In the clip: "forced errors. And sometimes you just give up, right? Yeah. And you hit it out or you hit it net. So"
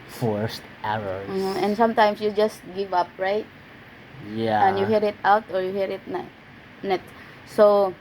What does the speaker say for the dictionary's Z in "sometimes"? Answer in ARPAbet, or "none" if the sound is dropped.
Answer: S